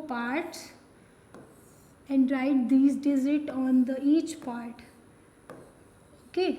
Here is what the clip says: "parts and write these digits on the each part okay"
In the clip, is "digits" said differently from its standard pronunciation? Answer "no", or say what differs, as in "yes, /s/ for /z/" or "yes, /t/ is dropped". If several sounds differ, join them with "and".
yes, /z/ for /dʒ/ and /s/ is dropped